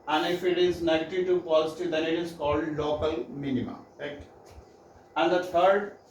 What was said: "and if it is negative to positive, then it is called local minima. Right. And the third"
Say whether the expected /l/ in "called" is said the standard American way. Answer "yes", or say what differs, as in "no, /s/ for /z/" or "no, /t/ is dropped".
yes